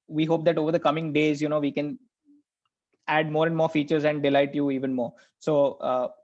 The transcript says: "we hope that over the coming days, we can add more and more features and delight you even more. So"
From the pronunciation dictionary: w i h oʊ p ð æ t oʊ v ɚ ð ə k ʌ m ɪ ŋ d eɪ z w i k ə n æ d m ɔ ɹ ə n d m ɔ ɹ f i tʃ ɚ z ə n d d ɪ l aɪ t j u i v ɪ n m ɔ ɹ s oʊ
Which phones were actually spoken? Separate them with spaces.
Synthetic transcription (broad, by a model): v i h oʊ p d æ t oʊ v ɚ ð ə k ʌ m ɪ ŋ d eɪ z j i k ə n æ d m ɔ ɹ ə n d m ɔ ɹ f i tʃ ɚ z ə n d d ɪ l aɪ t j u i v ɪ n m ɔ ɹ s oʊ